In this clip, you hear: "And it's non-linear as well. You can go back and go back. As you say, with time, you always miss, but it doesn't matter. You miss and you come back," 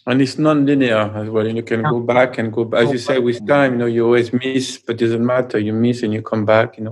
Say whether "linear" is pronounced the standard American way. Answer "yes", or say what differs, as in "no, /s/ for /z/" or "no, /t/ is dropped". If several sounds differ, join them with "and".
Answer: yes